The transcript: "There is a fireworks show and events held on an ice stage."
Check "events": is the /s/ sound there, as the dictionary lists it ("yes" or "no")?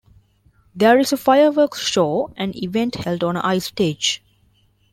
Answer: no